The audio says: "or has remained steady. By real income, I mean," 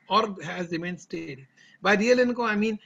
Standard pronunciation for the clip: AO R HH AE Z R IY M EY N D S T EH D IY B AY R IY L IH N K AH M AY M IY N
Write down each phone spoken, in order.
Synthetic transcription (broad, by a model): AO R HH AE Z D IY M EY N S T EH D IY B AY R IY L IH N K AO AY M IY N